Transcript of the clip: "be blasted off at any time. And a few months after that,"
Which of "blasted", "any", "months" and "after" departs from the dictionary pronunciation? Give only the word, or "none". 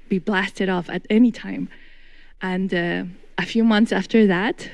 none